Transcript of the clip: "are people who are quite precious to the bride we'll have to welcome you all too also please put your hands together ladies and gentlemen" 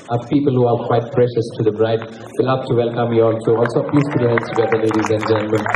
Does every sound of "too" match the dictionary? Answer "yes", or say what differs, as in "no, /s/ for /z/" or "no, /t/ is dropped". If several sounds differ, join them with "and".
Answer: no, /s/ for /t/